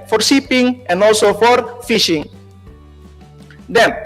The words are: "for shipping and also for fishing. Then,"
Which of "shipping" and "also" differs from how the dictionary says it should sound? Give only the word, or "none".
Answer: shipping